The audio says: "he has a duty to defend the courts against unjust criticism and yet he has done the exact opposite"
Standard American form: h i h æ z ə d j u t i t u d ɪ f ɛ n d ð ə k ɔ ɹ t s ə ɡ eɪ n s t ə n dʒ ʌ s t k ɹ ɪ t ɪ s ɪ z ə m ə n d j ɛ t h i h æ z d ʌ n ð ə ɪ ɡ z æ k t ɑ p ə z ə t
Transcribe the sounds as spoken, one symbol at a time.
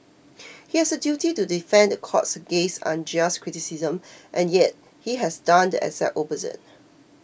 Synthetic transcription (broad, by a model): h i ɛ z ə d j u t i t u d ɪ f ɛ n d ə k ɔ t s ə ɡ eɪ s ə n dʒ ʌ s k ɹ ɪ t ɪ s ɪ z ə m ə n j ɛ t h i h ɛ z d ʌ n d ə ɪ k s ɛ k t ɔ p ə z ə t